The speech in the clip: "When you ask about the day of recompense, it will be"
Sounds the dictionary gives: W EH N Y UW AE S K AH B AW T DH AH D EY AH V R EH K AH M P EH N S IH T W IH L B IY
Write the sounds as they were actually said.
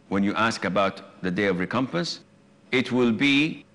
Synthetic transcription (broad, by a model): W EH N Y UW AE S K AH B AW T DH AH D EY AH V R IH K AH M P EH N S IH T W IH L B IY